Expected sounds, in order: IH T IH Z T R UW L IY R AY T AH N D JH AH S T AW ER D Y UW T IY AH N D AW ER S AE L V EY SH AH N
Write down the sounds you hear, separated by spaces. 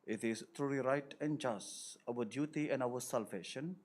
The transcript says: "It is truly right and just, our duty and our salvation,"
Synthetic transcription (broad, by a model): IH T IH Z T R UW IY R AY T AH N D JH AH S T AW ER D Y UW T IY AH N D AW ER S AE L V EY SH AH N